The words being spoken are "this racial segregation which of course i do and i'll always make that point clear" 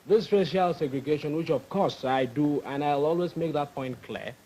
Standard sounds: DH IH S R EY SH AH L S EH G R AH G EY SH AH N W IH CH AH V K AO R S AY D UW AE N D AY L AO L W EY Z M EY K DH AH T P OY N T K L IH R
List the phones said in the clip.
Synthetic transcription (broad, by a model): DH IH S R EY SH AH L S EH G R AH G EY SH AH N W IH CH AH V K AO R S AY D UW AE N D AY L AO L W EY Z M EY K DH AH T P OY N T K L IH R